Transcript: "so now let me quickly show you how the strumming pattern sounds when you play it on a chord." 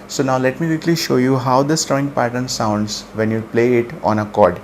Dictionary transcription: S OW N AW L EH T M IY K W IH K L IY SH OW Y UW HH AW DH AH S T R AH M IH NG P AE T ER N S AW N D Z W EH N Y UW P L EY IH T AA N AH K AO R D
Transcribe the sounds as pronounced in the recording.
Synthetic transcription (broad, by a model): S OW N AW L EH T M IY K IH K L IY SH OW Y UW HH AW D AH S T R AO IH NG P AE T ER N S AW N D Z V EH N Y UW P L EY IH T AA N AH K AO R D